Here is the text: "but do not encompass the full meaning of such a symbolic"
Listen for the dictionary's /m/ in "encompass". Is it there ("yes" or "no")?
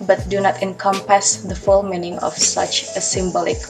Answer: yes